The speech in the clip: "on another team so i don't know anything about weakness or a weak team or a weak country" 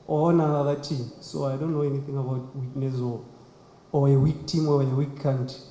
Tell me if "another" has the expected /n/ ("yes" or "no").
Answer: no